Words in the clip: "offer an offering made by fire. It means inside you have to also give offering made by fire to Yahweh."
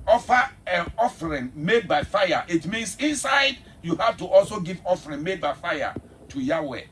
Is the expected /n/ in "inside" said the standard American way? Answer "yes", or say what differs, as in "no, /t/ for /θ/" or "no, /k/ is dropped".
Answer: yes